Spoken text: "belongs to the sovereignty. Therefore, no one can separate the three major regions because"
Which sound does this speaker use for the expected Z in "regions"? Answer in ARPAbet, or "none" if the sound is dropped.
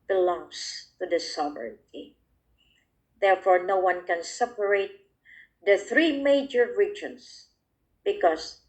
S